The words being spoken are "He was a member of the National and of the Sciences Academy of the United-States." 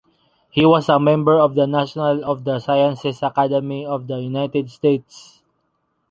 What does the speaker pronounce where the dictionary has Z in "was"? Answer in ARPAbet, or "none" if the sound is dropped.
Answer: S